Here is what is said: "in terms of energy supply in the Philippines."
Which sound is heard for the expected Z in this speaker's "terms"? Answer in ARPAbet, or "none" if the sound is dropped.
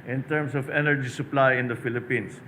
S